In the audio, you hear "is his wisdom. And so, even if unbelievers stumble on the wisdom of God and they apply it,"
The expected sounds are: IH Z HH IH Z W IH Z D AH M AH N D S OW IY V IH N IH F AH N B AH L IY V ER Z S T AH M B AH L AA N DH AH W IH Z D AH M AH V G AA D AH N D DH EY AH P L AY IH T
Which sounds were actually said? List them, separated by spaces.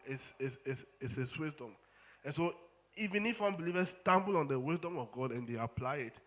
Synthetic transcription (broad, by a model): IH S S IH S W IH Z D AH M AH N S OW IY V IH N IH F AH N B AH L IY V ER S T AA M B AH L AA N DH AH W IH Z D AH M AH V G AA D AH N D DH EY AH P L AY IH T